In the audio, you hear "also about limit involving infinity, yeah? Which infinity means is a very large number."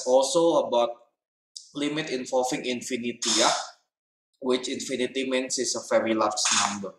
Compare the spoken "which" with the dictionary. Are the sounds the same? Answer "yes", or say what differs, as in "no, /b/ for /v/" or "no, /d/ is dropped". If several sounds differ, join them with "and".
yes